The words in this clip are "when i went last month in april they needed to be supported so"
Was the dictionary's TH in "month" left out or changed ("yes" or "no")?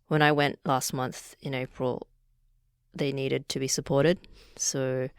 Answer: no